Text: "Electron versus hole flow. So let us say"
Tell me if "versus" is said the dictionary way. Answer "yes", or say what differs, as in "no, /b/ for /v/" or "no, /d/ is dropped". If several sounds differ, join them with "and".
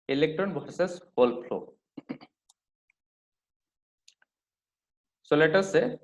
no, /b/ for /v/